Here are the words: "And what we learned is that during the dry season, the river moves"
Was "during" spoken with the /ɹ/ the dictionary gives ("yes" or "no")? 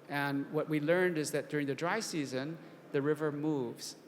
yes